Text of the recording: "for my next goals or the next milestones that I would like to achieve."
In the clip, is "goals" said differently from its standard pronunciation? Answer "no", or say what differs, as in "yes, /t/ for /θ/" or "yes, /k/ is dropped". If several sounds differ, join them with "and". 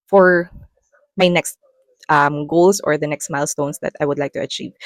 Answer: yes, /s/ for /z/